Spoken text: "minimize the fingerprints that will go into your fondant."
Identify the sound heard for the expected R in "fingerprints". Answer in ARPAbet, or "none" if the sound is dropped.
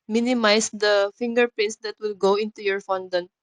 none